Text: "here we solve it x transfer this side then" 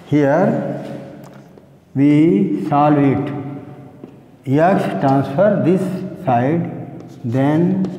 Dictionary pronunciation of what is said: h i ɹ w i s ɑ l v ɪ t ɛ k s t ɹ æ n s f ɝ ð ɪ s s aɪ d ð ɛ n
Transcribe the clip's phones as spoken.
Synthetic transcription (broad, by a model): h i ɹ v i s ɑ l ɪ t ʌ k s t ɹ æ n s f ɝ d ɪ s s aɪ d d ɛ n